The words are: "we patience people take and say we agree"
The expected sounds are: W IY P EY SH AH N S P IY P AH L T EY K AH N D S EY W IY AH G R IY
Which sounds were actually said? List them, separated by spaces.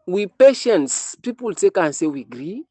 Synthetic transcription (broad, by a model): W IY P EY SH AH N S P IY P AH L T EY K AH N S EY W IY G R IY